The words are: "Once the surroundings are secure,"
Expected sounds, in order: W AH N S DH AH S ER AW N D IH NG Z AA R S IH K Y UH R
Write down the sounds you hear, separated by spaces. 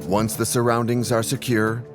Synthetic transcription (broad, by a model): W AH N S DH AH S ER AW N D IH NG Z AA R S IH K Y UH R